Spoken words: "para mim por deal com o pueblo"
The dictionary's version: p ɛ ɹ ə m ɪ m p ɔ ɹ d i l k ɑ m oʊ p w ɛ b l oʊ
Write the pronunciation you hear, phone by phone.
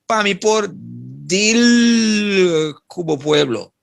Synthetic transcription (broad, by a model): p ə m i p ɔ ɹ d i l k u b oʊ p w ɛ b l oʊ